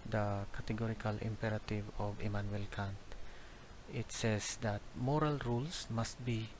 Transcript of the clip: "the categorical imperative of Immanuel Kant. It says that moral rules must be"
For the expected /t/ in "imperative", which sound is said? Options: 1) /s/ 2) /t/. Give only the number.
2